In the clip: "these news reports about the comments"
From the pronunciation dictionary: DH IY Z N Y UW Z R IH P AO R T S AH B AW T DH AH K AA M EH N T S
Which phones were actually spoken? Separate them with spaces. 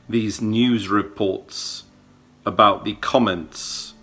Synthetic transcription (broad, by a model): DH IY Z N Y UW Z R IH P AO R T S AH B AW T DH AH K AA M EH N T S